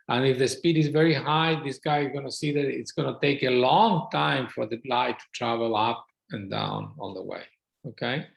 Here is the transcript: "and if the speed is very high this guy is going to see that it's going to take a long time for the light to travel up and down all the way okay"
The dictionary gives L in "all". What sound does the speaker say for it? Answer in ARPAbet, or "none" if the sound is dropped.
N